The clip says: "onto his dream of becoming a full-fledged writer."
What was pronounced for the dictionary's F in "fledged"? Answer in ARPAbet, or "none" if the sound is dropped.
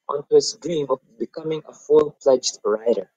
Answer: P